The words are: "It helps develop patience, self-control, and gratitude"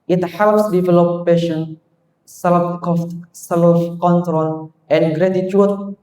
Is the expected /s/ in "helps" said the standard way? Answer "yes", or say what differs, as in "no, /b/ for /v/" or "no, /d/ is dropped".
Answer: yes